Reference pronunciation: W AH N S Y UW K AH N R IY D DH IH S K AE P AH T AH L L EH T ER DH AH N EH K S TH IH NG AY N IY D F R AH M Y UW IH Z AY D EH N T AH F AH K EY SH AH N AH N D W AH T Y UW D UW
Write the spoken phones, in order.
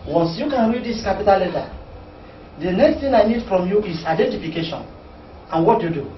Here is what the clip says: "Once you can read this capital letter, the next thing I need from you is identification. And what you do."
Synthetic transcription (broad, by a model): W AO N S Y UW K AH N R IY D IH S K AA P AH T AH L L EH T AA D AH N EH K S T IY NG AY N IY D F R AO M Y UW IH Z AY D EH N T AH F AH K EY SH AH N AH N W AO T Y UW D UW